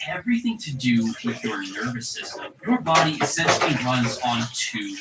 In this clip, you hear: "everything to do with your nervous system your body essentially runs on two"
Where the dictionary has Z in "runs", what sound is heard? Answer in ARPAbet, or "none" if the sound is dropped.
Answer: Z